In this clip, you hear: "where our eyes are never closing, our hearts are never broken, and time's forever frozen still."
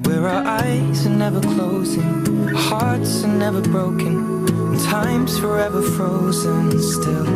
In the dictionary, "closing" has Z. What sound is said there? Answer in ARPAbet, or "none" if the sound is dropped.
Z